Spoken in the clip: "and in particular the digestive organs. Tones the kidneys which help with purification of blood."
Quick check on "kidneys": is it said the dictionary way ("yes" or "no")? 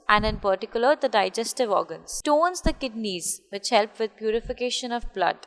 yes